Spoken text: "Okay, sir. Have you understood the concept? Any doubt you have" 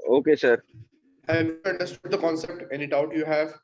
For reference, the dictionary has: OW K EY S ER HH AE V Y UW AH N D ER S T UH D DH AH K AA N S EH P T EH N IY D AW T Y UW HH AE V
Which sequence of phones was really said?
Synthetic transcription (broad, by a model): OW K EY S ER HH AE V Y UW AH N D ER S T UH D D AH K AA N S EH P T EH N IY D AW T Y UW HH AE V